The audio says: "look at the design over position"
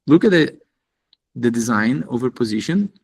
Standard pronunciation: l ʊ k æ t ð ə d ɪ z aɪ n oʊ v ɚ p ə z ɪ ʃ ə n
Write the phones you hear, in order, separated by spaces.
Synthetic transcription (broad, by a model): l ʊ k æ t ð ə d ɪ z aɪ n oʊ v ɚ p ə z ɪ ʃ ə n